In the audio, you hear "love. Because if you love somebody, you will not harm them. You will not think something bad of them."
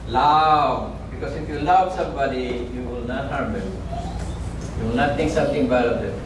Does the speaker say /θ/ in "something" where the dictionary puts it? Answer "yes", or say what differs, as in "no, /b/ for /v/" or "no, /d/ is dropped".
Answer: no, /t/ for /θ/